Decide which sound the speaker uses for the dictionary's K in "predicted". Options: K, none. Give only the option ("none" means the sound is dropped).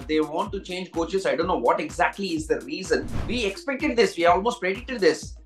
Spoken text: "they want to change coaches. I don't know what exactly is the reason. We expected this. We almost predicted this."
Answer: none